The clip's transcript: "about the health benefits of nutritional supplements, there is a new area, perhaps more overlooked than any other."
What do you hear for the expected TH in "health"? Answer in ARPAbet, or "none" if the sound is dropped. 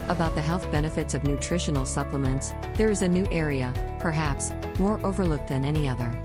TH